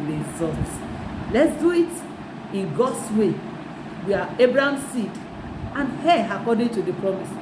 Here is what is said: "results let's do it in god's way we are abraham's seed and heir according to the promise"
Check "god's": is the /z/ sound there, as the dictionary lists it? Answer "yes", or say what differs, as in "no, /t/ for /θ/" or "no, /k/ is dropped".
no, /s/ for /z/